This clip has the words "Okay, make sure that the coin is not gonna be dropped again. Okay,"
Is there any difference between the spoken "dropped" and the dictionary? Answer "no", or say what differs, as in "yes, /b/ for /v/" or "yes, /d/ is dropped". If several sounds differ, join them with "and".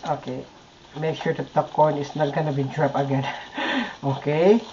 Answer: yes, /t/ is dropped